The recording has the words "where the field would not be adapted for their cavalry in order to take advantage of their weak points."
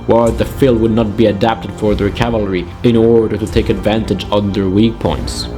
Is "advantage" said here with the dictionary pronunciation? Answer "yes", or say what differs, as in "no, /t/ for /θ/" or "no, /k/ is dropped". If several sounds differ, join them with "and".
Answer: yes